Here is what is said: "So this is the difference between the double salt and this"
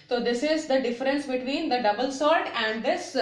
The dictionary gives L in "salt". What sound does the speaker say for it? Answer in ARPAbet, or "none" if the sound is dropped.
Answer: none